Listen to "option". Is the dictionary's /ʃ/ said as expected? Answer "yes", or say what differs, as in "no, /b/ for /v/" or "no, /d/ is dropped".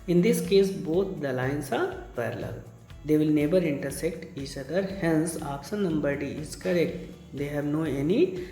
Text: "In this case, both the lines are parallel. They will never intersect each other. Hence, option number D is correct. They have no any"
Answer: no, /s/ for /ʃ/